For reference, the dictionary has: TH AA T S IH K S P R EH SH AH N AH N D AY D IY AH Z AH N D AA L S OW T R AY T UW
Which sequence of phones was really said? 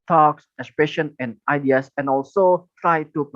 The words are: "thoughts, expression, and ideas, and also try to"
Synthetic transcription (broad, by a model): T AA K S IH K S P R EH SH AH N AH N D AY D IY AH S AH N AA L S OW T R AY T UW